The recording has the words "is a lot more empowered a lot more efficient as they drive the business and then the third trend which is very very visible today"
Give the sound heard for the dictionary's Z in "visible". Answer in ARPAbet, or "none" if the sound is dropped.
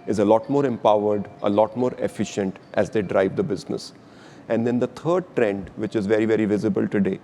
Z